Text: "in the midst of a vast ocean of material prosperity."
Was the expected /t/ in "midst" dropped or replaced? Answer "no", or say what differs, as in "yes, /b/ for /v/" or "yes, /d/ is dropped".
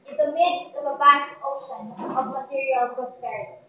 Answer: no